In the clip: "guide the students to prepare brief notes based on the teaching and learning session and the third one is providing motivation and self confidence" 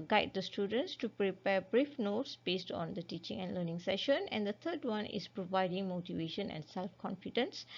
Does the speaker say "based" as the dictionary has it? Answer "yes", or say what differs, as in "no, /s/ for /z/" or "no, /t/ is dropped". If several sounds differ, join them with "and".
yes